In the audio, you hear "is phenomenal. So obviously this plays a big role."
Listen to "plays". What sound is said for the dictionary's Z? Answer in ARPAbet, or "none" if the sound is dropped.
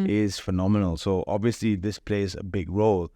Z